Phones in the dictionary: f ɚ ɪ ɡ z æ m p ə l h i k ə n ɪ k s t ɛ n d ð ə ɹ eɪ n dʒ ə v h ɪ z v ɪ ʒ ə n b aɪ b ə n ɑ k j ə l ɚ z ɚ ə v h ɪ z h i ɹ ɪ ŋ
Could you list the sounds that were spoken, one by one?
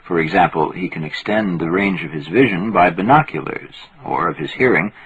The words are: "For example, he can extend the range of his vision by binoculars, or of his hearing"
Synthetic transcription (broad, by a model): f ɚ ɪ ɡ z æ m p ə l h i k ə n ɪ k s t ɛ n ð ə ɹ eɪ n dʒ ə v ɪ z v ɪ ʒ ə n b aɪ b ə n ɑ k j ə l ɚ z ɚ ə v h ɪ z h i ɹ ɪ ŋ